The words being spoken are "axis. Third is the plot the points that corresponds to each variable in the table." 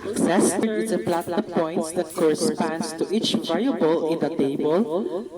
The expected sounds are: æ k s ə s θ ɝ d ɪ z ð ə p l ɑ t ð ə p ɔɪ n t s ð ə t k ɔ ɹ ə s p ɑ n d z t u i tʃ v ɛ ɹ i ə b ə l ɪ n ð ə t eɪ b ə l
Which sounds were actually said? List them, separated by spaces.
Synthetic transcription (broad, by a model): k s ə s f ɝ ɪ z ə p l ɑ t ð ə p ɔɪ t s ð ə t k ɔ ɹ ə s p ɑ n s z t u i tʃ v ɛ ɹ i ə b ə l ɪ n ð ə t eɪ b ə l